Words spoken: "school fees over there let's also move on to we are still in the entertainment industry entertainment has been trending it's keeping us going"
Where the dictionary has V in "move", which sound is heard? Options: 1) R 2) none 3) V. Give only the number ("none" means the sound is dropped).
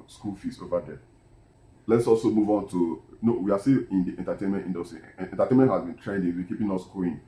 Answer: 3